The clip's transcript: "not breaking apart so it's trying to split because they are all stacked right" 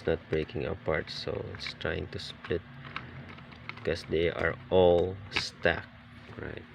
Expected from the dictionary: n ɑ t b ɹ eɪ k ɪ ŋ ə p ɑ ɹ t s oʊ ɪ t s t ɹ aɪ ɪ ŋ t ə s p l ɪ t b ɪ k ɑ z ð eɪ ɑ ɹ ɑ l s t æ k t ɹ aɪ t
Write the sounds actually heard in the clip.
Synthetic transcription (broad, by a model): n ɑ t b ɹ eɪ k ɪ ŋ ə p ɑ ɹ t s oʊ ɪ t s t ɹ aɪ ɪ ŋ t ə s p l ɪ t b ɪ k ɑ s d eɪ ɑ ɹ ɑ l s t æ k ɹ aɪ t